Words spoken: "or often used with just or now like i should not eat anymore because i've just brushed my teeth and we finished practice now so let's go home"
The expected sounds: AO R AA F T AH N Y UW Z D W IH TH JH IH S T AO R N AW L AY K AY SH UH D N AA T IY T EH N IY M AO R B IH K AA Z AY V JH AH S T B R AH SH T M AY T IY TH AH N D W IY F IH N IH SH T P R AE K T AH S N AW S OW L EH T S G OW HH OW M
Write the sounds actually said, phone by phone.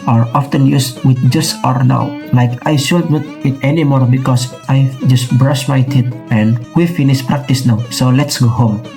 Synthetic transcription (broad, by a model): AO R AA F T AH N Y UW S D W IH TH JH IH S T AO R N AW L AY K AY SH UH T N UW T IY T EH N IY M AO R B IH K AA S AY JH AH S T B R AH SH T M AY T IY T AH N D W IY F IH N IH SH P R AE K T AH S N AW S OW L EH T S G OW HH OW M